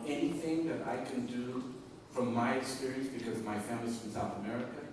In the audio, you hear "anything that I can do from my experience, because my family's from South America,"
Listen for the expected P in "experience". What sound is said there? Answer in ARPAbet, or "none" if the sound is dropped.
none